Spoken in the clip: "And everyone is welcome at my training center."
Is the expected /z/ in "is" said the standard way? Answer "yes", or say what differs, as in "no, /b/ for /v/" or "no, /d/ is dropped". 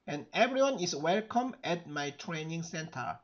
no, /s/ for /z/